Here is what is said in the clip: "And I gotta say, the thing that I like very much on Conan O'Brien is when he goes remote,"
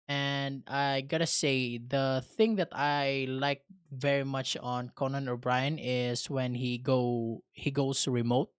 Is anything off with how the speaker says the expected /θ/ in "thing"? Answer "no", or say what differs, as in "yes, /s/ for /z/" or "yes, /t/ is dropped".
no